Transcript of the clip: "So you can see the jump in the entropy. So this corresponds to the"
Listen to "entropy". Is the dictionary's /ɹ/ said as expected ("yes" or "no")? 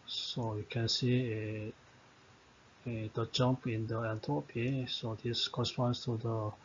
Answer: no